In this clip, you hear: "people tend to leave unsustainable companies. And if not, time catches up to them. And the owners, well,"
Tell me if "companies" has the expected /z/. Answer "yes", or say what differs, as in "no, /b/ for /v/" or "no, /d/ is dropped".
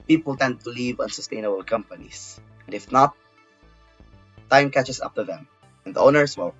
no, /s/ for /z/